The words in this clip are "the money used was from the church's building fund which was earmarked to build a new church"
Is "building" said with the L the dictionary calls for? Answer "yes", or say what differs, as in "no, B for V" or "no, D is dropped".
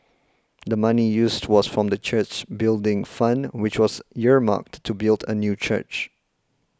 yes